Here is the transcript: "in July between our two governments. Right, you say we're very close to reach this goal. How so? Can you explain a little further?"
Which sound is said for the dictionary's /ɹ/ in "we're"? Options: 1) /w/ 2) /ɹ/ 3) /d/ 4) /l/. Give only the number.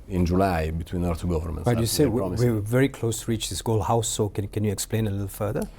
1